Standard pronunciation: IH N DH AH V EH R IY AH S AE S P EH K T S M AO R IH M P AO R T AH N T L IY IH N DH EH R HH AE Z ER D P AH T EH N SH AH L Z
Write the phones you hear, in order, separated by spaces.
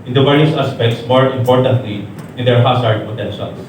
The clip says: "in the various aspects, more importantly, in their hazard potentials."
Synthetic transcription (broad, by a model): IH N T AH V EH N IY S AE S P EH K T S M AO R IH M P AO R T AH N T L IY IH N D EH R HH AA S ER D P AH T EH N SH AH L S